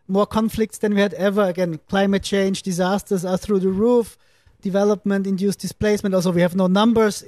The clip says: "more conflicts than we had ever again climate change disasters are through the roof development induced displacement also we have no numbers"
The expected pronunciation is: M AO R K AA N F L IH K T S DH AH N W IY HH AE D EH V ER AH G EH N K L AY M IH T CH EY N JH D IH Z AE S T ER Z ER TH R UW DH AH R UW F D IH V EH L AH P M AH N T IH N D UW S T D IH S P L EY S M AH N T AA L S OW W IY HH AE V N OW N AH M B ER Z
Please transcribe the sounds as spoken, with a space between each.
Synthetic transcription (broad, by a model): M AO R K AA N F L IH K T S DH AH N W IY HH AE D EH V ER AH G EH N K L AY M IH T CH EY N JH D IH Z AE S T ER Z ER TH R UW DH AH R UW F D IH V EH L AH P M AH N T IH N D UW S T D IH S P L EY S M AH N T AA L S OW W IY HH AE V N OW N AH M B ER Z